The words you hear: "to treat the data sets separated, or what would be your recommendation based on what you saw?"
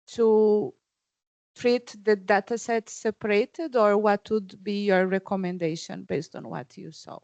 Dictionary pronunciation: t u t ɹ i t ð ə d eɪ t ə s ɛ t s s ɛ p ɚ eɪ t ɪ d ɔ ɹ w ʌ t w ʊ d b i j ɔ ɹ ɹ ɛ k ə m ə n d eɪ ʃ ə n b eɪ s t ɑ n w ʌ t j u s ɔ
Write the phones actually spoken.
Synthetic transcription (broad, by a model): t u t ɹ i t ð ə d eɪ t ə s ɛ t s s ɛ p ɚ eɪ t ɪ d ɔ ɹ w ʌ t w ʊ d b i j ɔ ɹ ɹ ɛ k ə m ə n d eɪ ʃ ə n b eɪ s t ɑ n w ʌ t j u s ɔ